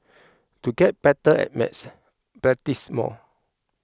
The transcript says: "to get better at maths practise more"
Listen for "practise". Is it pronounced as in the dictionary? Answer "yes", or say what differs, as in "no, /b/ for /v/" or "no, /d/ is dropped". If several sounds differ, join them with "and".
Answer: no, /b/ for /p/ and /k/ is dropped